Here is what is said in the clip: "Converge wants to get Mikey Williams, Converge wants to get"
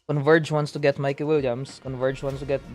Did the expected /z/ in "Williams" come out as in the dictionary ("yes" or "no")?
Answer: no